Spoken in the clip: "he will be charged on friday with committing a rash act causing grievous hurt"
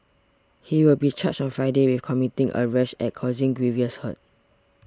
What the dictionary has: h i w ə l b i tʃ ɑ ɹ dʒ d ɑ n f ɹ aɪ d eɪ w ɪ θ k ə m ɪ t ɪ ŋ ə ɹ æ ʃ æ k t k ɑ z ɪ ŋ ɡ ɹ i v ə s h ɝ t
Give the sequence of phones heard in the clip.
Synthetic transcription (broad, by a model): h i w ə l b i tʃ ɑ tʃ ɑ n f ɹ aɪ d eɪ w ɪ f k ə m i t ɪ ŋ ə ɹ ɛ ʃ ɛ t k ɑ z ɪ ŋ ɡ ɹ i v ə s h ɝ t